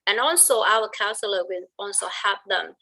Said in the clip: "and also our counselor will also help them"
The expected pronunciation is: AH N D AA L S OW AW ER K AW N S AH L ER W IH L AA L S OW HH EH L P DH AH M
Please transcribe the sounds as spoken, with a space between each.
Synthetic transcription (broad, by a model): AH N AA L S OW AW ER K AW N S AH L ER W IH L AA L S OW HH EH P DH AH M